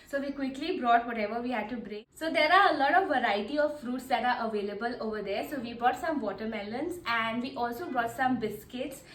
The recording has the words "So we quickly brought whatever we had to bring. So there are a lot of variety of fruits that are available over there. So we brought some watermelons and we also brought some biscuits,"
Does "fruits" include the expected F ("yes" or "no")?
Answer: yes